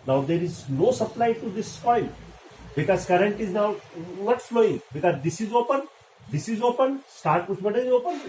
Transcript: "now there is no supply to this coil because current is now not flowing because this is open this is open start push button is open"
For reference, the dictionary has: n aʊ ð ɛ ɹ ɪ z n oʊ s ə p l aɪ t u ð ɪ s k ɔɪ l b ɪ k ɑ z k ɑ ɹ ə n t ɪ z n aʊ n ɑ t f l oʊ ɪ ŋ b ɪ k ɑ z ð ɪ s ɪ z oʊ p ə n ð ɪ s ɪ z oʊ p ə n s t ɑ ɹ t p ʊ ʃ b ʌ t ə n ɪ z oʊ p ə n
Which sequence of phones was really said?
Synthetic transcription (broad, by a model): n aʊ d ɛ ɹ ɪ z n oʊ s ə p l aɪ t u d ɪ s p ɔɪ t b ɪ k ɑ z k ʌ ɹ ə n t ɪ z n aʊ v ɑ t f l oʊ ɪ ŋ b ɪ k ɑ z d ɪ s ɪ z oʊ p ə n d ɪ s ɪ z oʊ p ə n s t ɑ ɹ t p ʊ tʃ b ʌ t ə ɪ z oʊ p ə n